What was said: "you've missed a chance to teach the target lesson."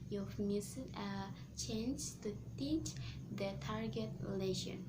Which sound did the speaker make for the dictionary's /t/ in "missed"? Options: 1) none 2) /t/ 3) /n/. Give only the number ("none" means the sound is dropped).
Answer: 1